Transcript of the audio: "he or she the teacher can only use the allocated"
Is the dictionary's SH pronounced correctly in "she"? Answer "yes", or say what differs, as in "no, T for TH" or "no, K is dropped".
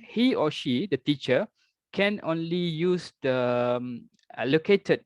yes